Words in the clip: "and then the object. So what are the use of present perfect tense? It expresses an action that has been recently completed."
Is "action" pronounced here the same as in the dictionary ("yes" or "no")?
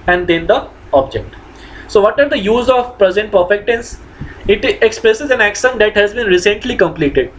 no